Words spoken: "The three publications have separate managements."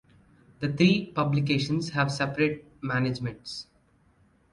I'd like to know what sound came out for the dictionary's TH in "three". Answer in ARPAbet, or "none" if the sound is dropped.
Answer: T